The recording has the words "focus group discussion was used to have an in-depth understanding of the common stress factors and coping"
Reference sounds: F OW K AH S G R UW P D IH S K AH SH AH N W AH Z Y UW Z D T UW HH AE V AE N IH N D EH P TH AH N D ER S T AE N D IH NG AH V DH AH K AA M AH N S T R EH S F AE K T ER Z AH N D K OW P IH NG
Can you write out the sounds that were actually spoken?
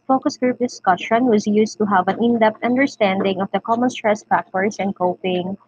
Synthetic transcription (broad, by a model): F OW K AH S G R UW P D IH S K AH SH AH N W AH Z Y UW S T UW HH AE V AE N IH N D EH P T AH N D ER S T AE N D IH NG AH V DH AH K AA M AH N S T R EH S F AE K T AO S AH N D K OW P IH NG